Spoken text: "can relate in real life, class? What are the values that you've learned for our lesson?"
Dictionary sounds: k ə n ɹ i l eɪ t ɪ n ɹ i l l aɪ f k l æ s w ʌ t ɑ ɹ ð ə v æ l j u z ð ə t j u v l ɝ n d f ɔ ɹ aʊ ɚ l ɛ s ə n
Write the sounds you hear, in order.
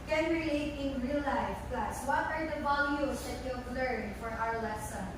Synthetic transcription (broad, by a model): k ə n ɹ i eɪ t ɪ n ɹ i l l aɪ f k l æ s w ʌ t ɑ ɹ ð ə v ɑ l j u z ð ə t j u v l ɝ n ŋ f ɔ ɹ aʊ ɚ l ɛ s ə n